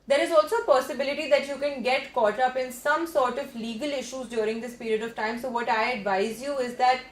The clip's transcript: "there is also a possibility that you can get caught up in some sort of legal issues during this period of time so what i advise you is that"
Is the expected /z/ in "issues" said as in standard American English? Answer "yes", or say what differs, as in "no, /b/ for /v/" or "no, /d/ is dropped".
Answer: yes